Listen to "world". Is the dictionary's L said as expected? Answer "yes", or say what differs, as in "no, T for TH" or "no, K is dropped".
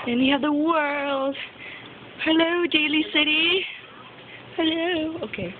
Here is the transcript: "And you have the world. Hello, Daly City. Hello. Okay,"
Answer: yes